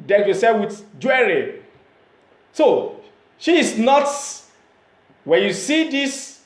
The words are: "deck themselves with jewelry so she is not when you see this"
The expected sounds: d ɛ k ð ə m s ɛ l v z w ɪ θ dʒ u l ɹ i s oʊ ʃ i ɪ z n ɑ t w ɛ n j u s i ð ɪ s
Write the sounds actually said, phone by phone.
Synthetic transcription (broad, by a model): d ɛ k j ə s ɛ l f w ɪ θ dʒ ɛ ɹ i s oʊ ʃ i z n ɑ t w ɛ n j u s i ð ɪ s